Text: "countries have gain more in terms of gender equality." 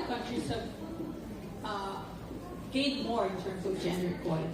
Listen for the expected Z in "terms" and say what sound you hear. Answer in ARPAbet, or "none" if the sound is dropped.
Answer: Z